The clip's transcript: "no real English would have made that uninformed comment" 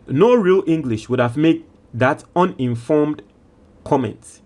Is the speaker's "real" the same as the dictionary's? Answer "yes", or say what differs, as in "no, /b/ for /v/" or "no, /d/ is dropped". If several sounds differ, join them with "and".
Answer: yes